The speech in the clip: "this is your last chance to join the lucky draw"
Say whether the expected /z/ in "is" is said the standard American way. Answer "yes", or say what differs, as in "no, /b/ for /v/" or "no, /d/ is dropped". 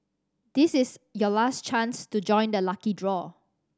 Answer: no, /s/ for /z/